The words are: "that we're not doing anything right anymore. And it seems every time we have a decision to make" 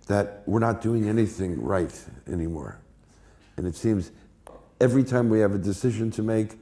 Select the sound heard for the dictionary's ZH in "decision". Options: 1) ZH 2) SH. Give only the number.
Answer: 1